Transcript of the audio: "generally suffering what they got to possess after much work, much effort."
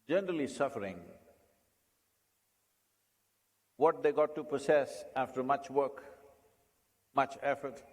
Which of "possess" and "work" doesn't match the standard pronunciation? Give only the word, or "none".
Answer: possess